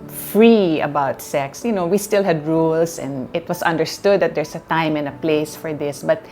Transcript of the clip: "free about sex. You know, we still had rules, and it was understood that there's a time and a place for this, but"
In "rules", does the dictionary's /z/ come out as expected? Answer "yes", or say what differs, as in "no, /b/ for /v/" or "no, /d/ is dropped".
no, /s/ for /z/